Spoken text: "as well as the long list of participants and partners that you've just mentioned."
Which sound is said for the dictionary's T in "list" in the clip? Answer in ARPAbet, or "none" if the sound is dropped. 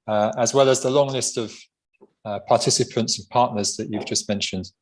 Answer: T